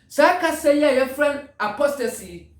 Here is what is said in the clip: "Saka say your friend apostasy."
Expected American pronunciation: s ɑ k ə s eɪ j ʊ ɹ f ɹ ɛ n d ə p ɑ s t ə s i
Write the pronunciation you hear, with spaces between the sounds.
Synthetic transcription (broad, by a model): s ɑ k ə s eɪ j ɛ f ɹ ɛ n ə p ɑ s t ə s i